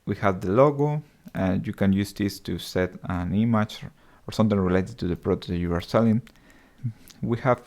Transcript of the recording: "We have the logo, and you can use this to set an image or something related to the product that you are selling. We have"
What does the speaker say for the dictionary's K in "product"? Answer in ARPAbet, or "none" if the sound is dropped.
none